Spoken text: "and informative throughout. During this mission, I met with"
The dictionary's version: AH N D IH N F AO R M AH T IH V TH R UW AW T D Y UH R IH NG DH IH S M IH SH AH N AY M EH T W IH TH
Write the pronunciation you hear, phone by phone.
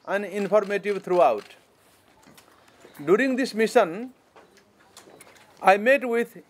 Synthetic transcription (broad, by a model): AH N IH N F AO R M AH T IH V T R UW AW T D Y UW R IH NG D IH S M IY S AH N AY M EH T W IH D